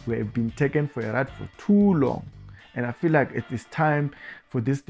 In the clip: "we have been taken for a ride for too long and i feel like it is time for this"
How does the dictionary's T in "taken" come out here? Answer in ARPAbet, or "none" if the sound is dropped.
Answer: T